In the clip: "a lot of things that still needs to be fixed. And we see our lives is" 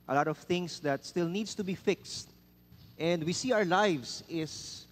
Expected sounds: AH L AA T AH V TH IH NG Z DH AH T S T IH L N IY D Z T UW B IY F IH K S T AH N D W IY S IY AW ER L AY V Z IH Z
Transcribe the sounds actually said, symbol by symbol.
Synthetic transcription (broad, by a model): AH L AA T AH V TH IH NG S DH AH T S T IH L N IY D S T UW B IY F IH K S T AH N D W IY S IY AW ER L AY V S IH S